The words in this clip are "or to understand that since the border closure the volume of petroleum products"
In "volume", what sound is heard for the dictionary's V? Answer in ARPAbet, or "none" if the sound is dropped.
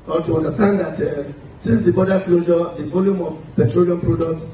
V